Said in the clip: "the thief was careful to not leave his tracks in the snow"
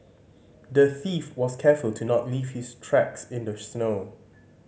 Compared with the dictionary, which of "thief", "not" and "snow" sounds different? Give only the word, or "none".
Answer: none